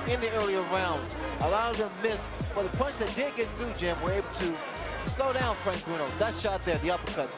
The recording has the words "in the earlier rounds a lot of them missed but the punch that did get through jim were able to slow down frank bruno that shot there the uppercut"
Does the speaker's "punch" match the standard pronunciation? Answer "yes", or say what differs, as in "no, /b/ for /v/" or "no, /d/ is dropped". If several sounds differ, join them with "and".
yes